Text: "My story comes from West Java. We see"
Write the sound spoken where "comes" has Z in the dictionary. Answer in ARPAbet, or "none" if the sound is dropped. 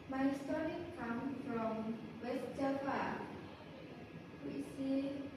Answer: none